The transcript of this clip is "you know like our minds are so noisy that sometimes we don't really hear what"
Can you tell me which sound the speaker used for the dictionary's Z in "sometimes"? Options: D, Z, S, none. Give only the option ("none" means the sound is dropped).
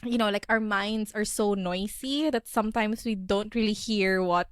S